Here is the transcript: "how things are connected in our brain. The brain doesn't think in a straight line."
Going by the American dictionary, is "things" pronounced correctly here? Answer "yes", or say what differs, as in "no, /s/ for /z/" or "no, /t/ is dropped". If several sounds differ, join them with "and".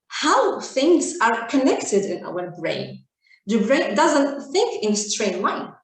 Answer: yes